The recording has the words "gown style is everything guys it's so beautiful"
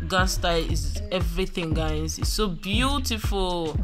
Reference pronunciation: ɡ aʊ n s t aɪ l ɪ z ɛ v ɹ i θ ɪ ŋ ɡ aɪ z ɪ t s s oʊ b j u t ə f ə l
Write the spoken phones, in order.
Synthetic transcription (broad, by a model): ɡ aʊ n s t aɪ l ɪ z ɛ v ɹ i θ ɪ ŋ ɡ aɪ ɪ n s s oʊ b j u t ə f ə l